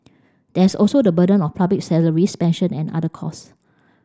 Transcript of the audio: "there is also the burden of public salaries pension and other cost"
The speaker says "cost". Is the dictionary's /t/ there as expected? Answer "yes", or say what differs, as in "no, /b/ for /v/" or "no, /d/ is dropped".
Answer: no, /t/ is dropped